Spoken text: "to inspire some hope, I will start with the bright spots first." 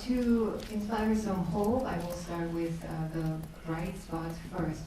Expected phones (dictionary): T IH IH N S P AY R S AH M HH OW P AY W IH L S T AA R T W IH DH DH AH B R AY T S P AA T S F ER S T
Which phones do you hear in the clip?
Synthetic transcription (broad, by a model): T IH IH N S P AY R S AH M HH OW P AY W IH L S T AA R T W IH DH DH AH R AY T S AA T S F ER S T